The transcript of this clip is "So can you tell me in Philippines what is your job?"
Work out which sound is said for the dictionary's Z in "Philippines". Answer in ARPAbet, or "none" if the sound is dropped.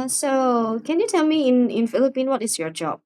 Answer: none